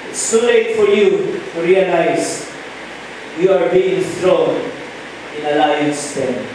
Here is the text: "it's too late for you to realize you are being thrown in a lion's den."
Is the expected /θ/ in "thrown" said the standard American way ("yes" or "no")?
no